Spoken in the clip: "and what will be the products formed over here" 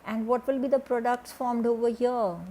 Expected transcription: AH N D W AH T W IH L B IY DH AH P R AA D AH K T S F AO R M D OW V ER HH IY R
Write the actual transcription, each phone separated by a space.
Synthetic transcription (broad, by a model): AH N D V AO T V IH L B IY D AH P R AA D AH K T S F AO R M D OW V ER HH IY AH